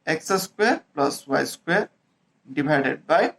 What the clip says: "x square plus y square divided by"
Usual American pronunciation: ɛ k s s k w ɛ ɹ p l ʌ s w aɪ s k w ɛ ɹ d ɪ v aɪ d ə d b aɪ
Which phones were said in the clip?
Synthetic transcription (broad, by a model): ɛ k s s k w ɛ ɹ p l ʌ s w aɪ s k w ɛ ɹ d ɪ b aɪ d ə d b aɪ